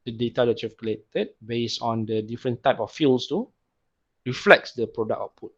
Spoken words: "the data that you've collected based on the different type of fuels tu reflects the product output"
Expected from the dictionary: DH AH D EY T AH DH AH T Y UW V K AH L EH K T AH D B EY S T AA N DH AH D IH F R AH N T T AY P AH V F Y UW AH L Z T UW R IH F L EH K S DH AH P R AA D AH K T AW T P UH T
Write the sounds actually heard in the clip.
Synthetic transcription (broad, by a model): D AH D EY T AH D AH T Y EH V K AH L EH T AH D B EY S AA N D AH D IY F R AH N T T AY P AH F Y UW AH L S T UW R IH F L EH K S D AH P R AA D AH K AO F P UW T